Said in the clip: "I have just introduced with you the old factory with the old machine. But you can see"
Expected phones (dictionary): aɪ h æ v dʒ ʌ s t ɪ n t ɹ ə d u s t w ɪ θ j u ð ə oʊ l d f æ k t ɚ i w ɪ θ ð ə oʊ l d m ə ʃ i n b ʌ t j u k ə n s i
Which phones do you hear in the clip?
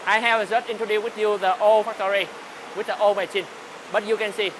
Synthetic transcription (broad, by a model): aɪ h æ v z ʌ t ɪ n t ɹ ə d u w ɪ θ j u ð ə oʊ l f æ k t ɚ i w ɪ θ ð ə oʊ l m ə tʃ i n b ʌ t j u k ə n s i